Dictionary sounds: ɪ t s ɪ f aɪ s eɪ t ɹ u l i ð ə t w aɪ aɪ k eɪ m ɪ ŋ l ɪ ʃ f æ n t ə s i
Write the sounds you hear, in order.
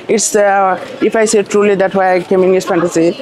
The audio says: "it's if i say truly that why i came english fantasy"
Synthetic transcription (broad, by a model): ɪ t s ɪ f aɪ s eɪ t ɹ u l i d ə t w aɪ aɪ k eɪ m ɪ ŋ ɪ s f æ n t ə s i